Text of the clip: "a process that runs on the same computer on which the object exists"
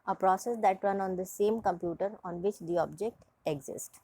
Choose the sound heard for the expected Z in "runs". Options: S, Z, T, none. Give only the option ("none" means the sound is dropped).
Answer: none